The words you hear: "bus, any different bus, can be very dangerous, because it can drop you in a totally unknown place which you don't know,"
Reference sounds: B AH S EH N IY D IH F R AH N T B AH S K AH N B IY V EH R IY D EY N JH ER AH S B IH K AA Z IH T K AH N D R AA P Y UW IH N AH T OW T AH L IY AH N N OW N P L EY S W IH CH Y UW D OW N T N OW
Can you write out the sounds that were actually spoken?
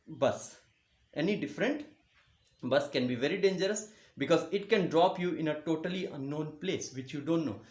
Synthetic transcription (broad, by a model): B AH S EH N IY D IH F R AH N T B AH S K AH N B IY V EH R IY D EY N JH ER AH S B IH K AA Z IH T K AH N D R AA P Y UW IH N AH T OW T AH L IY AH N N OW N P L EY S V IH CH Y UW D OW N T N OW